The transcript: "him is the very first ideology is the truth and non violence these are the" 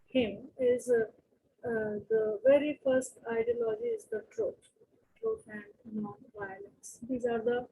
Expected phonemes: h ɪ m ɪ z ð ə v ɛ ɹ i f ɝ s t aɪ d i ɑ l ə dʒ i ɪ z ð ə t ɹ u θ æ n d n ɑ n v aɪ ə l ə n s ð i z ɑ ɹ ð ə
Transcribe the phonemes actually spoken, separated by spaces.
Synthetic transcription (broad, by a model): h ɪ m ɪ z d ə v ɛ ɹ i f ɝ s t aɪ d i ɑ l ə dʒ i ɪ z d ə t ɹ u t æ n d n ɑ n v aɪ ə l ə n s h i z ɑ ɹ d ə